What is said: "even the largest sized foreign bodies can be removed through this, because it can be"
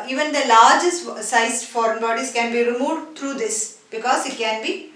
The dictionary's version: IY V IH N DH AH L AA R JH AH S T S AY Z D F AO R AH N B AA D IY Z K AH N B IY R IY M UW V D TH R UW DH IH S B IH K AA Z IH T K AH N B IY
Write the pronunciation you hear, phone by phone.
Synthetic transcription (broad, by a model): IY V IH N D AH L AA R JH AH S T S AY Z F AO R AH N B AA D IY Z K AH N B IY R IY M UW V D T R UW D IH S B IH K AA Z IH T K AH N B IY